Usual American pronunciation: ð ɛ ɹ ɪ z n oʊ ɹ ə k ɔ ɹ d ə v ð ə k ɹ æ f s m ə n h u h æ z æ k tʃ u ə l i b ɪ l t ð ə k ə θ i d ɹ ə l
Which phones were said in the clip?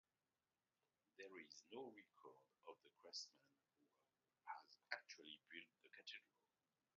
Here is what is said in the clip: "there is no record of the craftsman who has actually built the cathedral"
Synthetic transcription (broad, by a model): ð ɛ ɹ ɪ z n oʊ ɹ ə k ɔ ɹ d ə v ð ə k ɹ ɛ s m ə n h u h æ z æ k tʃ u ə l i b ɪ l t ð ə k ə t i d ɹ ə l